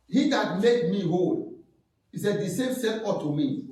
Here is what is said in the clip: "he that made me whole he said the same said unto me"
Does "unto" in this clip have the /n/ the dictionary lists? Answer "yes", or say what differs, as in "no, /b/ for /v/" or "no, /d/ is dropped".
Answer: no, /n/ is dropped